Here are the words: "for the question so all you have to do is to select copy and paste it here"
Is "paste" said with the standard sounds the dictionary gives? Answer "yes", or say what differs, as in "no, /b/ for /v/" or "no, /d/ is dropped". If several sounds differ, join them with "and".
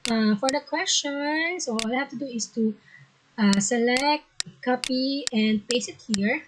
no, /t/ is dropped